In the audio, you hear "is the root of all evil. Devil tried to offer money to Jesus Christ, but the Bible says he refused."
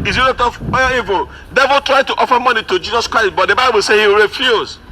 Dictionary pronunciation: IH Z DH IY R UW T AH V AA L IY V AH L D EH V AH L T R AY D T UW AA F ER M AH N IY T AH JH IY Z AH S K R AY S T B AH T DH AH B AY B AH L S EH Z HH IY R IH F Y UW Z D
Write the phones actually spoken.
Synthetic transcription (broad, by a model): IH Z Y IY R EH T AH W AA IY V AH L D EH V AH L T R AY D T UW AA F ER M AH N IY T AH JH IY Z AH S K R AY S T B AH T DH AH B AY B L S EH HH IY R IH F Y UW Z